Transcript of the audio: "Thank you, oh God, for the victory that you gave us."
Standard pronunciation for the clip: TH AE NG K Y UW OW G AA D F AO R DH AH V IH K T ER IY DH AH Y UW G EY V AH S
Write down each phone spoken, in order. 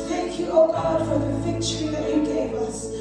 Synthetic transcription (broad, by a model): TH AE NG K Y UW OW G AA D F AO R DH AH F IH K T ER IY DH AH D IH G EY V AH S